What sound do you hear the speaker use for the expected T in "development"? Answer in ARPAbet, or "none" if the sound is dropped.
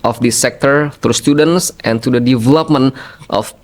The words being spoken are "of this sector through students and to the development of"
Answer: T